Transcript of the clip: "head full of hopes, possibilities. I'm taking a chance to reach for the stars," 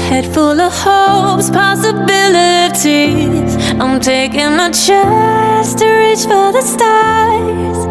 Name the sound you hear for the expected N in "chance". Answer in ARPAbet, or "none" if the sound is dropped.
none